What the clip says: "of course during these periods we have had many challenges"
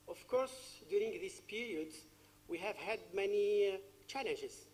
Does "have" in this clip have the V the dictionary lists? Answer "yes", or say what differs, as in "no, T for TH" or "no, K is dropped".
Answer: yes